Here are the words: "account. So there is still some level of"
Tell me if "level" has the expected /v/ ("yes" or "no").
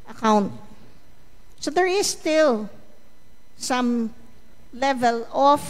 yes